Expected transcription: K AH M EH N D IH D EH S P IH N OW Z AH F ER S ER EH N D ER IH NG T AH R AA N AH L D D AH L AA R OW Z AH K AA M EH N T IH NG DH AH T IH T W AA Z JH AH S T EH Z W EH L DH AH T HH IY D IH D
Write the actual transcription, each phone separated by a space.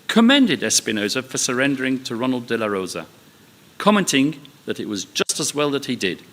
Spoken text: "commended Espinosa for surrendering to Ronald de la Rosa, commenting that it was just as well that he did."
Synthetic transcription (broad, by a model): K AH M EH N D IH D EH S P IH N OW Z AH F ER S ER EH N D ER IH NG T AH R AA N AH L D D AH L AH R OW Z AH K AA M EH N T IH NG DH AH T IH T W AA Z JH AH S T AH Z W EH L DH AH T HH IY D IH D